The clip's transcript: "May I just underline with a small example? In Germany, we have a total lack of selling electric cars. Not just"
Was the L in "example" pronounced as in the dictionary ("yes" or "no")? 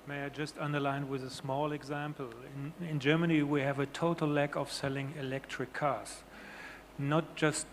no